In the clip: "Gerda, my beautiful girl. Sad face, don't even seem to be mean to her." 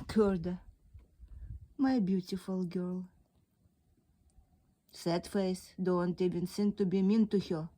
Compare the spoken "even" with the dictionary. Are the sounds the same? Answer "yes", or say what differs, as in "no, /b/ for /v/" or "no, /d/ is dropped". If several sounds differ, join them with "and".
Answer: no, /b/ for /v/